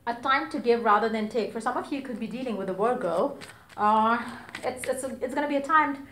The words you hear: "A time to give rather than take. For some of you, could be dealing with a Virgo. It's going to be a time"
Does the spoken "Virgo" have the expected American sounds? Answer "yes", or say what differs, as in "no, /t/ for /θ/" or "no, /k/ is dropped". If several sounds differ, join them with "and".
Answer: no, /w/ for /v/